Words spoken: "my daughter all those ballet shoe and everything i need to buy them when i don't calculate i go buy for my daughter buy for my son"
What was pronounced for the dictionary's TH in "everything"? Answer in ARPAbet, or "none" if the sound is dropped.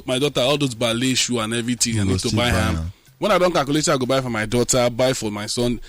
T